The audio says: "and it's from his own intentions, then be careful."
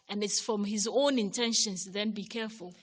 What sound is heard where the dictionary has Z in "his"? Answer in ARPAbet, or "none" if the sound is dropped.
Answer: Z